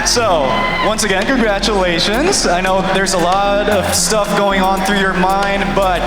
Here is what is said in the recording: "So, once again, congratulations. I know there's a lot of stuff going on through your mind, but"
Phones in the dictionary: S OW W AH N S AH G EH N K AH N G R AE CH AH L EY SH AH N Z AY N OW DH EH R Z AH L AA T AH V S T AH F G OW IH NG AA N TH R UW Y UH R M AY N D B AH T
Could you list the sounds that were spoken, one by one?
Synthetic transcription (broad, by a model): S OW W AH N S AH G EH N K AH N G R AE CH AH L EY SH AH N Z AY N OW DH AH R Z AH L AA T AH V S T AH F G OW IH NG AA N TH R UW Y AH R M AY N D B AH T